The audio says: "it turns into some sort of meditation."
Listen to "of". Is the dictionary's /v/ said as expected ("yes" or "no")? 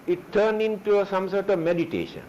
yes